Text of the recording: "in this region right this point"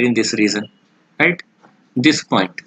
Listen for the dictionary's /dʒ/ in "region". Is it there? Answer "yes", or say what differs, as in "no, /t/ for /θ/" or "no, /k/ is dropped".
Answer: no, /z/ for /dʒ/